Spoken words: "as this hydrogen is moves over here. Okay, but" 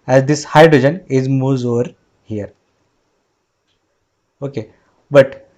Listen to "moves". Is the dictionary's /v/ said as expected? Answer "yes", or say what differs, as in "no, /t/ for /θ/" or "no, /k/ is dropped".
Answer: no, /v/ is dropped